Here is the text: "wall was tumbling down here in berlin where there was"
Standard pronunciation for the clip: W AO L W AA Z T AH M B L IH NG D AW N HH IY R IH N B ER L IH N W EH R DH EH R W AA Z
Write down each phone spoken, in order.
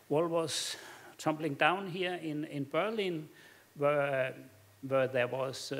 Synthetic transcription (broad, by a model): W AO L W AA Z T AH M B L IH NG D AW N HH IY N IH N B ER L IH N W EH W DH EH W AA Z